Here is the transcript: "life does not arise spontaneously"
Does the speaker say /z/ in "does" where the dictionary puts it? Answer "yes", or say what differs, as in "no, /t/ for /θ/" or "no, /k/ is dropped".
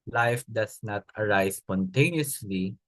no, /s/ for /z/